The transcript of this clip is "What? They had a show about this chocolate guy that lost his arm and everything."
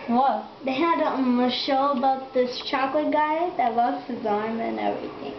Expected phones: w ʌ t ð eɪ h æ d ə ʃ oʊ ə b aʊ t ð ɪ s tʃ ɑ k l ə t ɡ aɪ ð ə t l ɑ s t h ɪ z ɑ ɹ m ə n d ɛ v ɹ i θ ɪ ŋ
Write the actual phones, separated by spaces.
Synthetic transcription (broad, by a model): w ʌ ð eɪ h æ d ə ʃ oʊ ə b aʊ t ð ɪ s tʃ ɑ k l ə t ɡ aɪ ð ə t w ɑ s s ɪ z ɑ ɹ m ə n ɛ v ɹ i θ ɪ ŋ